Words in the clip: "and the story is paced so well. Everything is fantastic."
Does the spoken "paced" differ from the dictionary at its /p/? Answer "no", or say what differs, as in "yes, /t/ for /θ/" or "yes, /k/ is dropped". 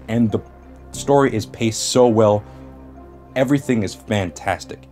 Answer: no